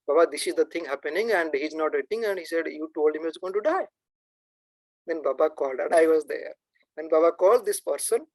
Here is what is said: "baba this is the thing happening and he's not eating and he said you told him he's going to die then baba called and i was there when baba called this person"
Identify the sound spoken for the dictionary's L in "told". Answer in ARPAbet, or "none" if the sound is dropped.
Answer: L